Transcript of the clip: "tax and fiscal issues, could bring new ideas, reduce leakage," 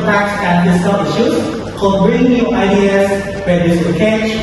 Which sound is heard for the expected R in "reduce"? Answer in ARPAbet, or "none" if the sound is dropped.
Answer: W